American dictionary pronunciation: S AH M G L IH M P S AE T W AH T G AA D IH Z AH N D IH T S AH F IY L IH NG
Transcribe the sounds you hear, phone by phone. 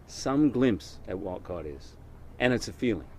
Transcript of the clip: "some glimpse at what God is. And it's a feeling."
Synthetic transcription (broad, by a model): S AH M G L IH M P S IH T W AH T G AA D IH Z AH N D IH T S AH F IY L IH NG